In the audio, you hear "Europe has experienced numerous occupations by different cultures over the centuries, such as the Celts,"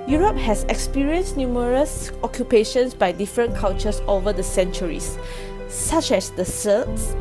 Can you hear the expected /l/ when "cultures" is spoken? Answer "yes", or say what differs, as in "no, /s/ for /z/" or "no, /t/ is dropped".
no, /n/ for /l/